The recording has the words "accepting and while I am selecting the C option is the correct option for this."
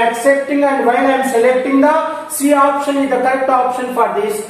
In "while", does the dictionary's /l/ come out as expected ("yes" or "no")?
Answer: no